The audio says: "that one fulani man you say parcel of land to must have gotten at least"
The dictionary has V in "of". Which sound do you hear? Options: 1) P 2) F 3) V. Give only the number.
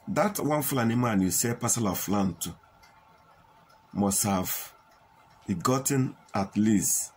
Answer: 2